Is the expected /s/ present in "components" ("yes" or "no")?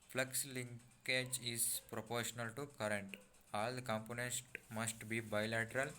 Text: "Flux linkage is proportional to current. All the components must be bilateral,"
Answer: no